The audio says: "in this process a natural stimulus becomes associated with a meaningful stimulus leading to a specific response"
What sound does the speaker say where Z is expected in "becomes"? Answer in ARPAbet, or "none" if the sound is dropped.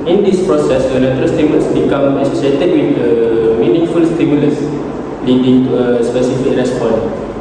none